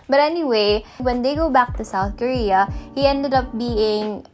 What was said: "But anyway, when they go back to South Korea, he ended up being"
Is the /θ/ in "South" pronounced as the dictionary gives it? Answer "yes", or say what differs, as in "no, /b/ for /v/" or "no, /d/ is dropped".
yes